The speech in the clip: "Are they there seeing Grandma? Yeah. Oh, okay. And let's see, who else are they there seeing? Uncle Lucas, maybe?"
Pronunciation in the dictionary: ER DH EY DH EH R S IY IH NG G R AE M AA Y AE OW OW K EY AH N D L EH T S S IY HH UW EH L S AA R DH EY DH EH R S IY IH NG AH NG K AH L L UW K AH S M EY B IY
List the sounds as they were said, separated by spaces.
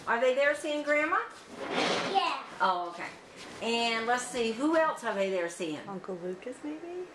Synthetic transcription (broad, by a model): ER DH EY DH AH R S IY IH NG G R AE M AA Y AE OW OW K EY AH N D L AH T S S IY HH UW EH L S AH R DH EY DH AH R S IY IH NG AH NG K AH L L UW K AH S M EY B IY